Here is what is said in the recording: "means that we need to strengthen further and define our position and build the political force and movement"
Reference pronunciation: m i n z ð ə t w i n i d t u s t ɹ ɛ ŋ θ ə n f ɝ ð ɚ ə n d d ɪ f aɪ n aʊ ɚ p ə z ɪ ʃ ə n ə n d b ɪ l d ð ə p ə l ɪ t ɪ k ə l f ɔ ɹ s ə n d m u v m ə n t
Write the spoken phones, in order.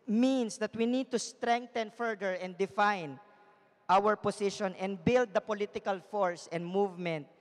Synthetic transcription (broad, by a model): m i n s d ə t w i n i d t u s t ɹ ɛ ŋ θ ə n f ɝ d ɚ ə n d d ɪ f aɪ n aʊ ɚ p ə s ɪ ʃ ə n ə n d b ɪ l d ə p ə l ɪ t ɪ k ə l f ɔ ɹ s ə n d m u v m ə n t